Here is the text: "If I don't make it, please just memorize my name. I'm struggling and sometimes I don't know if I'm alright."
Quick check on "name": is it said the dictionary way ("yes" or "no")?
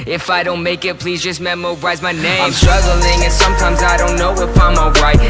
no